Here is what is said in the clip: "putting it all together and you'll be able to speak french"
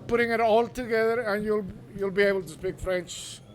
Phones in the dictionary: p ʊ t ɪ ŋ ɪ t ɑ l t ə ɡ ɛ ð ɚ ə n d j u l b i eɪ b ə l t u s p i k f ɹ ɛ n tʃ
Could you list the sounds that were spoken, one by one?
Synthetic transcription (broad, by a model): p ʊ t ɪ ŋ ɪ t ɑ l t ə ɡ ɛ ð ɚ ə n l j u l b i eɪ b ə l t u s p i k f ɹ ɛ n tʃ